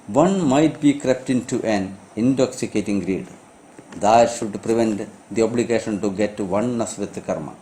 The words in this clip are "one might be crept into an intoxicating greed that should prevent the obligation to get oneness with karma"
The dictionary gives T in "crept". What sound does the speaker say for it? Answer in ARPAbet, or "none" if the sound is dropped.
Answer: T